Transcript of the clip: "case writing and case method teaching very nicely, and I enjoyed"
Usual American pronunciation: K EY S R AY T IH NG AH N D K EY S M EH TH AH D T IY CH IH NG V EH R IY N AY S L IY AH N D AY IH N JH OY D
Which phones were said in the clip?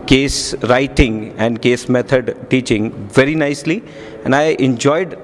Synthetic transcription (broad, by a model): K EY S R AY T IH NG AH N D K EY S M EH T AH D T IY CH IH NG V EH R IY N AY S L IY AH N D AY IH N JH OY D